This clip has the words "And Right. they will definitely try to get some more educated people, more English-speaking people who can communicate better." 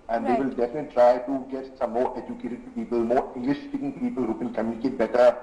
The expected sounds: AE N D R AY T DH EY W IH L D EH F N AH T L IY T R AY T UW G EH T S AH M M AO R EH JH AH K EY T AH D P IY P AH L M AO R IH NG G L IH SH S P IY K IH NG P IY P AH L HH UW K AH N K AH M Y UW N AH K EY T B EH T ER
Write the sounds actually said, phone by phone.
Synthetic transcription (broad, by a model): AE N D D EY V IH L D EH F AH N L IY T R AY T UW G EH T S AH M M AO R EH JH AH K EY T AH D P IY P AH L M AO R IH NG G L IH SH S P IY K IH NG P IY P AH L HH UW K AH L K AH M Y UW N AH K EY T B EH T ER